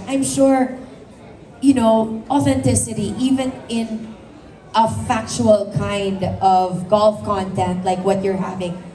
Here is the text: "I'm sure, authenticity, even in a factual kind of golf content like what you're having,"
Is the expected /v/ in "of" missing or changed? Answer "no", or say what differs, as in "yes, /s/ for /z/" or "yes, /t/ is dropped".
no